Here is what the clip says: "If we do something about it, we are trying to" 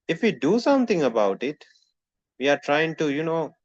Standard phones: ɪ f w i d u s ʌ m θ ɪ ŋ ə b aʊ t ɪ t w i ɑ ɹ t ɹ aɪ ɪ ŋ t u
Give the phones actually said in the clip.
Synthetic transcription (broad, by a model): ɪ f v i d u s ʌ m t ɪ ŋ ə b aʊ t ɪ t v i ɑ ɹ t ɹ aɪ ɪ ŋ t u